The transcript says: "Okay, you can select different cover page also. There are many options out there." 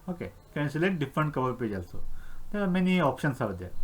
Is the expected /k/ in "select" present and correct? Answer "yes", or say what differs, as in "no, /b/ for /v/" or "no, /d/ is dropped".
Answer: no, /k/ is dropped